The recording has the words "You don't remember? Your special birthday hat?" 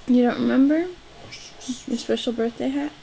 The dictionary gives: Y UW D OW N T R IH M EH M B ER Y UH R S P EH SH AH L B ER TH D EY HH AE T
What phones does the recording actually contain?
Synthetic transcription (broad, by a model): Y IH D OW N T R IH M EH M B ER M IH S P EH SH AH L B ER TH D EY HH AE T